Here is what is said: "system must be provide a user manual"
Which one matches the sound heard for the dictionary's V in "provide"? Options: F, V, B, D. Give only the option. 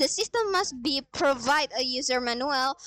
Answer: V